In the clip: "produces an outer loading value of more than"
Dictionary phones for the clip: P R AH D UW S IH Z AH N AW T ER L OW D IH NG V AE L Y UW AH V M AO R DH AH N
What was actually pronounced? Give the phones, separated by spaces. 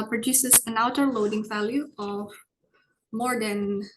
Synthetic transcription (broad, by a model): P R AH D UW S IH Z AH N AW T ER L OW D IH NG V AE L Y UW AH V M AO R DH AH N